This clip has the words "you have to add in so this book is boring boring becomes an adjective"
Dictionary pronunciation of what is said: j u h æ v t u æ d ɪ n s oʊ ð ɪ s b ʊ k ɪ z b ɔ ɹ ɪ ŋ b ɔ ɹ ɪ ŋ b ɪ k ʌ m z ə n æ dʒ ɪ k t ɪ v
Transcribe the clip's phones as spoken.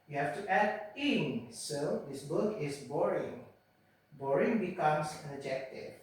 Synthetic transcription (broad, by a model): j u h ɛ f t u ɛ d ɪ n s oʊ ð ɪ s b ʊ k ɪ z b ɔ ɹ ɪ ŋ b ɔ ɹ ɪ ŋ b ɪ k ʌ m s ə dʒ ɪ k t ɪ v